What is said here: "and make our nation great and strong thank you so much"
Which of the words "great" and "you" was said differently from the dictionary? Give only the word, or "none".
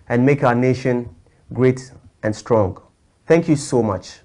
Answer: none